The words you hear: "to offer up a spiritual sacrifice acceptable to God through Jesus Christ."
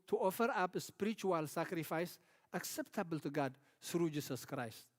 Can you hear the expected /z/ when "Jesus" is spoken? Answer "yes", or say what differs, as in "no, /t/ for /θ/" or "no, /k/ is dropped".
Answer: no, /s/ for /z/